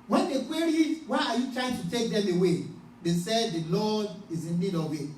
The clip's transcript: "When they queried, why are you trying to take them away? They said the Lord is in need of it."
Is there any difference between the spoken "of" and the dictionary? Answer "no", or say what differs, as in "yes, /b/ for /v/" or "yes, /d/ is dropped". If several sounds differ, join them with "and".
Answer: yes, /w/ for /v/